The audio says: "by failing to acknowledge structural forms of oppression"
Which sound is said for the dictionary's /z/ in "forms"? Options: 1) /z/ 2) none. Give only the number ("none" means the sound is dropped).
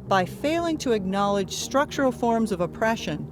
1